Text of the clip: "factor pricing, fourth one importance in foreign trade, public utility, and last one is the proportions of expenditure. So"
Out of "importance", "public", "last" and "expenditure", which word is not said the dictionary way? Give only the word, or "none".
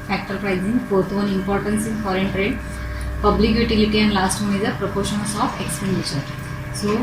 expenditure